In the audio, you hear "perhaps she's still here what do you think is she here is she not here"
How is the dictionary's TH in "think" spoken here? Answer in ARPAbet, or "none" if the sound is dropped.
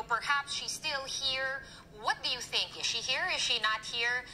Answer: TH